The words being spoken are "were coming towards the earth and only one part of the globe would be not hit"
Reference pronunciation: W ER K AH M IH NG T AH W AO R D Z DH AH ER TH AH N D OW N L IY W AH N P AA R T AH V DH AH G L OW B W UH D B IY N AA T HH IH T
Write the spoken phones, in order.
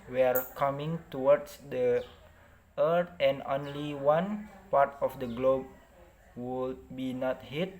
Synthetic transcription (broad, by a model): W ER K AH M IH NG T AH W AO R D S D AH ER T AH N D OW N L IY W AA N P AA R T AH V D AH G L OW B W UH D B IY N AA T HH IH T